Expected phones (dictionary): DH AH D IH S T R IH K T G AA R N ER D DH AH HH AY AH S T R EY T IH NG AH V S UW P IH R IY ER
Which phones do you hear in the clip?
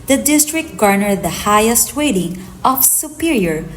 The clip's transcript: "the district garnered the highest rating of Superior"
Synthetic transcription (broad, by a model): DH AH D IH S T R IH K T G AA R N ER D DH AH HH AY AH S T W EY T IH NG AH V S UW P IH R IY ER